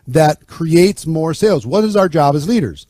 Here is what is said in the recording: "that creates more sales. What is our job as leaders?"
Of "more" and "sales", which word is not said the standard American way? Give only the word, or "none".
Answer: none